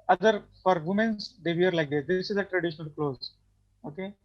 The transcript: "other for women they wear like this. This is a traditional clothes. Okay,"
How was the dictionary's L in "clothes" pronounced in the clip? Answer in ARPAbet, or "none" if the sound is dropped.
L